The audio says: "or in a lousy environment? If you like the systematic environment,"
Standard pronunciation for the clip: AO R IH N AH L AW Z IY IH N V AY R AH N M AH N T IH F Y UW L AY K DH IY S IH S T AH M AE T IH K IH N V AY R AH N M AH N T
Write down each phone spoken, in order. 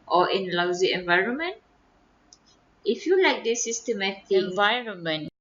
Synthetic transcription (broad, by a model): AO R IH N L AW Z IY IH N V AY R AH N M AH N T IH F Y UW L AY K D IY S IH S T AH M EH T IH IH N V AY R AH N M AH N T